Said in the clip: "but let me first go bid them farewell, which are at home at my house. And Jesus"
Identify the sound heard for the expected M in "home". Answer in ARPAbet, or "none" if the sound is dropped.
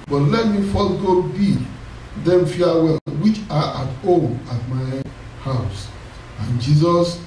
none